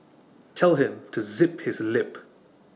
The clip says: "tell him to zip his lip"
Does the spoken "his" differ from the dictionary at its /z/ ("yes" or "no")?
no